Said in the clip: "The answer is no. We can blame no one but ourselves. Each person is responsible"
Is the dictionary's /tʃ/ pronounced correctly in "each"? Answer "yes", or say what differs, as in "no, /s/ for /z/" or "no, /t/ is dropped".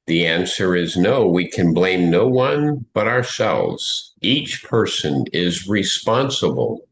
yes